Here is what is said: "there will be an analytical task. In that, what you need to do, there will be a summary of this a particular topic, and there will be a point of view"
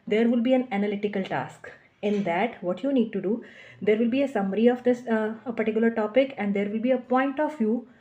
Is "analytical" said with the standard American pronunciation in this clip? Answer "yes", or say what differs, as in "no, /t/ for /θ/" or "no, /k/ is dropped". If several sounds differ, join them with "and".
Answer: yes